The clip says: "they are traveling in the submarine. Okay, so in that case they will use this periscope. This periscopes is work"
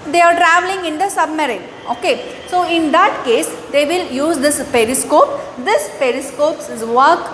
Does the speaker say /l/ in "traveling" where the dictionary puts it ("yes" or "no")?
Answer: yes